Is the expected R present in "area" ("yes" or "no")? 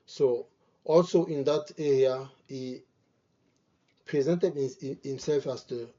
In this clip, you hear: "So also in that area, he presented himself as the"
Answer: yes